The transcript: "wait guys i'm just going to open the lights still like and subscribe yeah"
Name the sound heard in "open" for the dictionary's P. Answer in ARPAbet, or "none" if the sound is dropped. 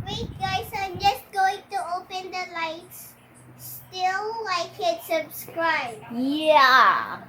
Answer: P